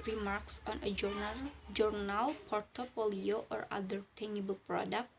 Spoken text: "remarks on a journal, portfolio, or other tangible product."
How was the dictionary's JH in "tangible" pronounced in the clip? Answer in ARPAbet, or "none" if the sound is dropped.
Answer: none